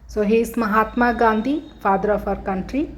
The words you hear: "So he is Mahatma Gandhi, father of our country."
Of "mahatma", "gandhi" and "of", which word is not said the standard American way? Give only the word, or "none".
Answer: of